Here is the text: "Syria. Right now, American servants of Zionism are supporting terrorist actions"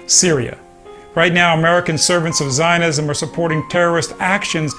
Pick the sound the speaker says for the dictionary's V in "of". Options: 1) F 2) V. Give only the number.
2